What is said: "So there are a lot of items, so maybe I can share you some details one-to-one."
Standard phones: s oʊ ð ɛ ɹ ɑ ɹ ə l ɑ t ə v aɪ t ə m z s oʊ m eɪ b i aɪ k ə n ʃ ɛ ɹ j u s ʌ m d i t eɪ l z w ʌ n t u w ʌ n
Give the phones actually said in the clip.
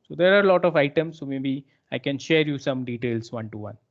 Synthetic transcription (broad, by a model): s oʊ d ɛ ɹ ɑ ɹ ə l ɑ t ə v aɪ t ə m s oʊ m eɪ b i aɪ k ə n ʃ ɛ ɹ j u s ʌ m d i t eɪ l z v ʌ n t u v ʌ n